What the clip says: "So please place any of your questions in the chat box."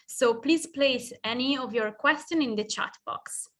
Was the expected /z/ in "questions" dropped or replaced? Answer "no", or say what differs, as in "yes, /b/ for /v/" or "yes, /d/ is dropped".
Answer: yes, /z/ is dropped